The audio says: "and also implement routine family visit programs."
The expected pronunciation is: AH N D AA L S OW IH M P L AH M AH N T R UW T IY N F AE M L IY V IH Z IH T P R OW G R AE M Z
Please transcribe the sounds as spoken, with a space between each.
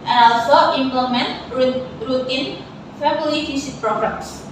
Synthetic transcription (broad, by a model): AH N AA L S OW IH M P L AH M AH N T R UW T IY N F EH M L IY F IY S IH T P R OW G R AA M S